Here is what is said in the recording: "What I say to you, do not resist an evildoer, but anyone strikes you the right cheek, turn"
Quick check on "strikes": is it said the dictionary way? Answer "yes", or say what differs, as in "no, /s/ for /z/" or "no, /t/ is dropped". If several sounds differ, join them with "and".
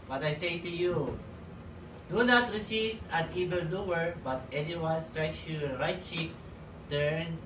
yes